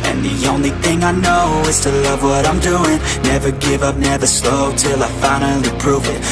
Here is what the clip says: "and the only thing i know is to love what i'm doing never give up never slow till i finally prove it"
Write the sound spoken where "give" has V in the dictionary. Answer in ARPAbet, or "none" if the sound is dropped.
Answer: V